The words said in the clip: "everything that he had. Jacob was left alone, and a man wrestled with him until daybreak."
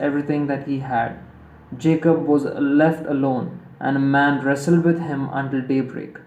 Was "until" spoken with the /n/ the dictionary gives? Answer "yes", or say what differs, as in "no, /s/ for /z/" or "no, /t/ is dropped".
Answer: yes